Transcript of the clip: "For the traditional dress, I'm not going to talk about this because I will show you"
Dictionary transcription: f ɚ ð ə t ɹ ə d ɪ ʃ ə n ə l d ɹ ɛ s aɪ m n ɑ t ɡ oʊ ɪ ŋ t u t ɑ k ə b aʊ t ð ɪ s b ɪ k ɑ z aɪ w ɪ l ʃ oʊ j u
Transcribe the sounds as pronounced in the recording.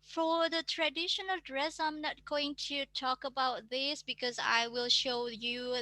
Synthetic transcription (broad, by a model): f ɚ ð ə t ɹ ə d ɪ ʃ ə n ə l d ɹ ɛ s aɪ m n ɑ t ɡ oʊ ɪ ŋ t u t ɑ k ə b aʊ t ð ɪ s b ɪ k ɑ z aɪ w ɪ l ʃ oʊ j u